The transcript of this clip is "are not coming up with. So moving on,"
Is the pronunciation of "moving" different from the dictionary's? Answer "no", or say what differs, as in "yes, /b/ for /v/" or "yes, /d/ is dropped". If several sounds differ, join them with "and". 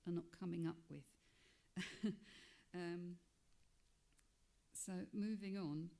no